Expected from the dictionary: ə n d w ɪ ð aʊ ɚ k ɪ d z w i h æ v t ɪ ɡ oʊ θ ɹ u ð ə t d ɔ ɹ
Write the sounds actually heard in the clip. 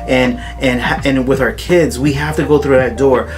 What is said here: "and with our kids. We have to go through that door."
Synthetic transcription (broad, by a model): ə n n w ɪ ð aʊ ɚ k ɪ d z w i h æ f t ɪ ɡ oʊ θ ɹ u ð ə t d ɔ ɹ